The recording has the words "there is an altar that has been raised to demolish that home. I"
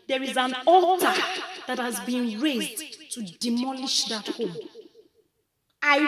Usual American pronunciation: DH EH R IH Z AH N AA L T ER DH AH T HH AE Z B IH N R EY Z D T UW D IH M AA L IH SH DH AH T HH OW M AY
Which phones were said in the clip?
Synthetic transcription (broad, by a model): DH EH R IH Z AH N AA T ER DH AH T HH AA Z B IH N R EY Z D T UW D IH M AA L IH SH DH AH T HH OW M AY